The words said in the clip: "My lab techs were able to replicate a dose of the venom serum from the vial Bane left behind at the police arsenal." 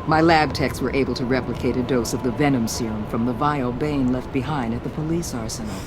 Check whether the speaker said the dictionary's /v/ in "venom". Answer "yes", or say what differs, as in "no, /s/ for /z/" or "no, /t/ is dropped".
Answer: yes